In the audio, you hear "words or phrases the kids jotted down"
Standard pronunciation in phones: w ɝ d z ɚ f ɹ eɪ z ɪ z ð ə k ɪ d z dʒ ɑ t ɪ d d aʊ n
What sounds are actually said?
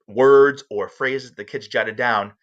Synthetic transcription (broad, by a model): w ɝ d z ɚ f ɹ eɪ z ɪ z ð ə k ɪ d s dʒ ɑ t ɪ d d aʊ n